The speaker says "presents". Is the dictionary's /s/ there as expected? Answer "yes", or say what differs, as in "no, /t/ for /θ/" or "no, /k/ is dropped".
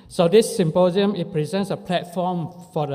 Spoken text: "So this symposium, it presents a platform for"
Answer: yes